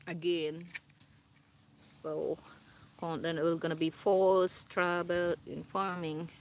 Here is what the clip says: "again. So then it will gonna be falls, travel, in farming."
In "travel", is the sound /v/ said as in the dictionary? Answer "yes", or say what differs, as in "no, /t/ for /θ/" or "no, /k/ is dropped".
no, /b/ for /v/